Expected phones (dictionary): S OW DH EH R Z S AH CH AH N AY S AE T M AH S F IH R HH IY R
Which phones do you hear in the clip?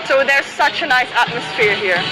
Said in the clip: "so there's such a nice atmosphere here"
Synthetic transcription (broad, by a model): S OW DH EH R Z S AH CH AH N AY S AE T M AH S F IH R HH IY R